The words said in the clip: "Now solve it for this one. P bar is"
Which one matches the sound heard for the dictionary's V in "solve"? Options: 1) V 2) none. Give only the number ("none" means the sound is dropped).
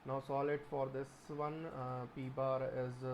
2